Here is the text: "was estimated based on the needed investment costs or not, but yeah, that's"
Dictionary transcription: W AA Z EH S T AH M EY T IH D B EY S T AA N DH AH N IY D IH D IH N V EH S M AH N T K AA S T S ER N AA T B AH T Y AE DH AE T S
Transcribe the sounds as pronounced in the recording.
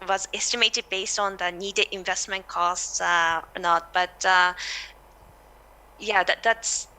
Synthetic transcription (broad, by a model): W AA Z EH S T AH M EY T IH D B EY S T AA N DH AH N IY D IH D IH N V EH S M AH N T K AA S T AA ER N AA T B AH T Y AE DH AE T S